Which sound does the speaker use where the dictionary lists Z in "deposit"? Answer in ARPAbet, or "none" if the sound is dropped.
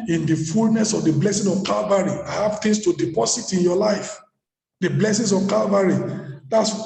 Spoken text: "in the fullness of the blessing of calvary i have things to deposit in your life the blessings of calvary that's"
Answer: S